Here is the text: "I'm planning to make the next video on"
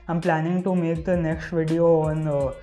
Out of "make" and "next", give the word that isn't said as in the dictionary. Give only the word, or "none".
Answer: none